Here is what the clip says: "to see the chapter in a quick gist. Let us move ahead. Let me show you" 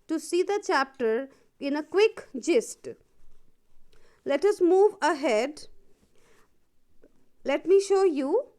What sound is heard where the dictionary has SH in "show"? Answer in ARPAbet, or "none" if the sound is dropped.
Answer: SH